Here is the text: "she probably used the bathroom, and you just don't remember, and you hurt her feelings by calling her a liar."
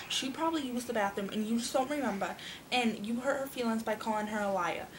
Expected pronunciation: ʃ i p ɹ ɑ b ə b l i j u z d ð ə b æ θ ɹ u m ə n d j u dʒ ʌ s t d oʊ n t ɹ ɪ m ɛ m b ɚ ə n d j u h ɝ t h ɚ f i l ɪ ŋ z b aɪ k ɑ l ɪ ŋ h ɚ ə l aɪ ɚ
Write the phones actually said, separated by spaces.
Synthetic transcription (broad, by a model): ʃ i p ɹ ɑ b ə b l i j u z ð ə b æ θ ɪ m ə n j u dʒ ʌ s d oʊ n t ɹ ɪ m ɛ m b ɚ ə n j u h ɝ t h ɚ f i l ɪ ŋ z b aɪ k ɑ l ɪ ŋ h ɚ ə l aɪ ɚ